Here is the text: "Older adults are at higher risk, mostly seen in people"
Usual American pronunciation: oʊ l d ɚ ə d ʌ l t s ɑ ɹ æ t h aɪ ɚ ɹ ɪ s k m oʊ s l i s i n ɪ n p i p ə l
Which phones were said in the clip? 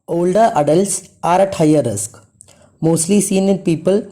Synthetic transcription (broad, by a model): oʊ l d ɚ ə d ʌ l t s ɑ ɹ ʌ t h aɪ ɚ ɹ ɪ s k m oʊ s l i s i n ɪ n p i p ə l